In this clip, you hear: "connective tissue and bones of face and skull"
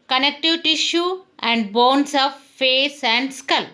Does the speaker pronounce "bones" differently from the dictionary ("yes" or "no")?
yes